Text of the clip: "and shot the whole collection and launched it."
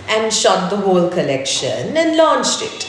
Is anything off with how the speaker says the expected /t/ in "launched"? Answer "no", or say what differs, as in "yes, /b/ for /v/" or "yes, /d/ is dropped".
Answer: no